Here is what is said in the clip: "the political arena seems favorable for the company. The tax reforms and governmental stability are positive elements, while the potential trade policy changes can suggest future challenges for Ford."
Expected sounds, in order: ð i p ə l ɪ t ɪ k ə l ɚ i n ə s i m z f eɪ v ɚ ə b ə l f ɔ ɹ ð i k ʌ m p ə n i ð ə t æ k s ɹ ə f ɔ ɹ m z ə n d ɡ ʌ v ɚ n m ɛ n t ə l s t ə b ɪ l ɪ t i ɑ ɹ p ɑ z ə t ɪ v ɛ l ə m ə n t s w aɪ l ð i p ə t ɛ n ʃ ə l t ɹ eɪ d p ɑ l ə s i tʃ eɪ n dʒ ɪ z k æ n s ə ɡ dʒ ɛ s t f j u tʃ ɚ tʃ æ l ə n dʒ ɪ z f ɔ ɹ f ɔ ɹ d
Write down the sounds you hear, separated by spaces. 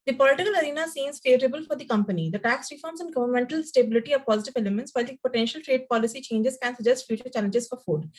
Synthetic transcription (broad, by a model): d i p ə l ɪ t ɪ k ə l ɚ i n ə s i m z f eɪ v ɚ ə b ə l f ɔ ɹ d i k ʌ m p ə n i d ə t æ k s ɹ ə f ɔ ɹ m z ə n ɡ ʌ v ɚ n m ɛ n t ə l s t ə b ɪ l ɪ t i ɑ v p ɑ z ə t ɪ v ɛ l ə m ə n t s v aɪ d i p ə t ɛ n ʃ ə l t ɹ eɪ d p ɑ l ə s i tʃ eɪ n dʒ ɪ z k æ n s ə dʒ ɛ s t f j u tʃ ɚ tʃ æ l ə n dʒ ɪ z f ɔ ɹ f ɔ d